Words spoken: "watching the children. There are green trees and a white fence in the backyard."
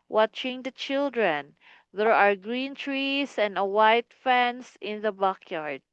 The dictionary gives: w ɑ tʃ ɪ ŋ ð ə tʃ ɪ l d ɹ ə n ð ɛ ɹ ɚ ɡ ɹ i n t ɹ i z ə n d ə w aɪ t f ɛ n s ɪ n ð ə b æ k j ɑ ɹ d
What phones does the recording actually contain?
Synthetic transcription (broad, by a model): w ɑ tʃ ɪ ŋ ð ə tʃ ɪ l d ɹ ə n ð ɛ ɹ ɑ ɡ ɹ i n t ɹ i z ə n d ə w aɪ t f ɛ n s ɪ n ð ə b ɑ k j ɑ ɹ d